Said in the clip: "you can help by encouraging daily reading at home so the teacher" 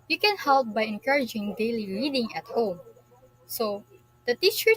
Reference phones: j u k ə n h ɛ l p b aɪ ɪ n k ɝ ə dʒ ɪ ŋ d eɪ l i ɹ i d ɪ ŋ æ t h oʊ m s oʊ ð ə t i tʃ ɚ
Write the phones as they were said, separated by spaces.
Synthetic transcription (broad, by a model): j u k ə n h ɛ l p b aɪ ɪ n k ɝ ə dʒ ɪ ŋ d eɪ l i l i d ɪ ŋ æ t h oʊ m s oʊ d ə t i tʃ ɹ